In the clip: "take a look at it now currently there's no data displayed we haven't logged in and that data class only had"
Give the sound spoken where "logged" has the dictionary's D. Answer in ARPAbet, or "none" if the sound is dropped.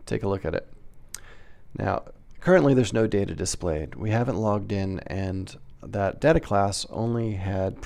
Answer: D